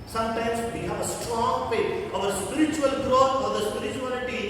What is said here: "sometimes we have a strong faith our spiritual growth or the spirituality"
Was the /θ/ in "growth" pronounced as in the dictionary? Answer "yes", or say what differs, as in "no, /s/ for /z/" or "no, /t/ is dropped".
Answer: no, /f/ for /θ/